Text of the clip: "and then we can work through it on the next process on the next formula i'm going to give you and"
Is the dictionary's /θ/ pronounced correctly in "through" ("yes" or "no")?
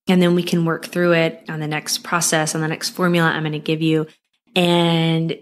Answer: yes